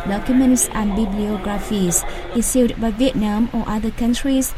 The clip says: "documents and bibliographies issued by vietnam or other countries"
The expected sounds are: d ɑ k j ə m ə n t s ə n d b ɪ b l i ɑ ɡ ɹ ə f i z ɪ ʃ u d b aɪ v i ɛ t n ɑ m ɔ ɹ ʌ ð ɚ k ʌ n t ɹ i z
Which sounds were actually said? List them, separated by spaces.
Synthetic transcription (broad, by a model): d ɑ k j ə m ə n t s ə n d b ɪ b l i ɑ ɡ ɹ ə f i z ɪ s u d b aɪ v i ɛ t n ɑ m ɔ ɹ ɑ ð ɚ k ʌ n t ɹ i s